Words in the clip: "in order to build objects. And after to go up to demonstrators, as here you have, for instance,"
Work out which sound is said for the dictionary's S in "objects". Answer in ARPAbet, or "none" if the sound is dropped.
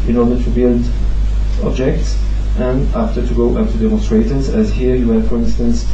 S